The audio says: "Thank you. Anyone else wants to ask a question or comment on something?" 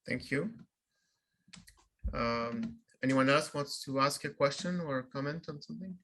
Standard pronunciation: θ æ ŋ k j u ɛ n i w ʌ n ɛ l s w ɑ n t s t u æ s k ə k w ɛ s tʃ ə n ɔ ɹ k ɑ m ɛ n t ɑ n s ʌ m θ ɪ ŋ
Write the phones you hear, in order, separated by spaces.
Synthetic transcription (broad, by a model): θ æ ŋ k j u ɛ n i w ʌ n ɛ l s w ɑ n t s t u æ s k ə k w ɛ s tʃ ə n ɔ ɹ k ɑ m ɛ n t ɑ n s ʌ m θ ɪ ŋ